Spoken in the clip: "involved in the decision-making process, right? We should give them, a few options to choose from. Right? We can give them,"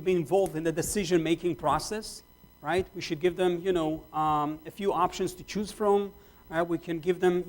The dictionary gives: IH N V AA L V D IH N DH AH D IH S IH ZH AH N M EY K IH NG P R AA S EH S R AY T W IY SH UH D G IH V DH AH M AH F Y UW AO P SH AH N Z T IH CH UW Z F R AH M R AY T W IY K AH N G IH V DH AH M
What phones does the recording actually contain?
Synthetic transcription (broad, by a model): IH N V AA L V D IH N DH AH D IH S IH ZH AH N M EY K IH NG P R AA S EH S R AY T W IY SH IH D G IH V DH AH M AH F Y UW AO P SH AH N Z T IH CH UW Z F R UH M R AY T W IY K AH N G IH V DH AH M